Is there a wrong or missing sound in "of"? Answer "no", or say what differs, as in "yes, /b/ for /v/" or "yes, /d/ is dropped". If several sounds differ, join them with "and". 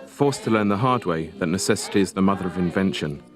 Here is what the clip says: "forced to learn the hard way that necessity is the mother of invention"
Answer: no